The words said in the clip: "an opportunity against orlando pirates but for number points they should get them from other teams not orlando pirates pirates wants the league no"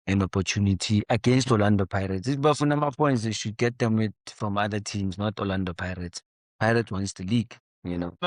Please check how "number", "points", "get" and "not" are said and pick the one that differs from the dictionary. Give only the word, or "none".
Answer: number